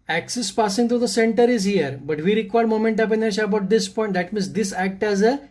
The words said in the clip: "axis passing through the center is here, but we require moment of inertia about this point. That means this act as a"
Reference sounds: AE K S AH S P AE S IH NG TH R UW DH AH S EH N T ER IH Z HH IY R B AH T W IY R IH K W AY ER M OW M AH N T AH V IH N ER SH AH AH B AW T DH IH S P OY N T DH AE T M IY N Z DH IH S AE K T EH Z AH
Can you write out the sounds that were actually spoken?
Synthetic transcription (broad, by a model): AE K S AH S P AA S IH NG T R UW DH AH S EH N T ER IH Z HH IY R B AH T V IY R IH K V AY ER M OW M AH N T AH P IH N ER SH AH AH B AW T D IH S P OY N T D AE T M IY N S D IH S AE K T EH Z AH